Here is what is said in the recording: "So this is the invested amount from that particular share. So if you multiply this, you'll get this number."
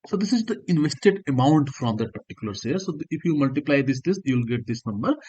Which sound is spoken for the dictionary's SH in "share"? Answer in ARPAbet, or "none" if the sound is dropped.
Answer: S